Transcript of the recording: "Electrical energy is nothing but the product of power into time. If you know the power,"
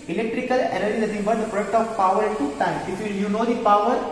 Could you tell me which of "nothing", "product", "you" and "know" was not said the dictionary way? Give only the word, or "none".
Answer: nothing